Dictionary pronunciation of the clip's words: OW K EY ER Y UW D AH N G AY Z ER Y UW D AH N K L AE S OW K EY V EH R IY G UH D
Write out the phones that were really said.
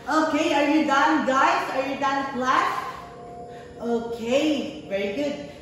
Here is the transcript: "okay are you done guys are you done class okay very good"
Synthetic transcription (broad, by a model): OW K EY ER Y UW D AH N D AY S ER Y UW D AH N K L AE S OW K EY V EH R IY G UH D